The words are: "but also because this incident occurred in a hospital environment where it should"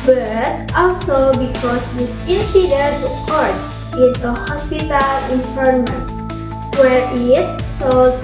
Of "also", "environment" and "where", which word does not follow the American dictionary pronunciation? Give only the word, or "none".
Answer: environment